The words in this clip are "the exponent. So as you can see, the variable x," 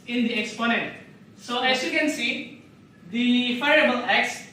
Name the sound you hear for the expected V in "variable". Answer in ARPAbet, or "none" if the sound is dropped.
F